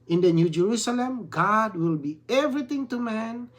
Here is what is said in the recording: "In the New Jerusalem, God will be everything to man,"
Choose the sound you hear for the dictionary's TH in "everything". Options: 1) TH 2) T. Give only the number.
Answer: 2